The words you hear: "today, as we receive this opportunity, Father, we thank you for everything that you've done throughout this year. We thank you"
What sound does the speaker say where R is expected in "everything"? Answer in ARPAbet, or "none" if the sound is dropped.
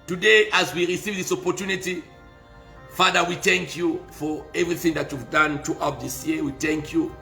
R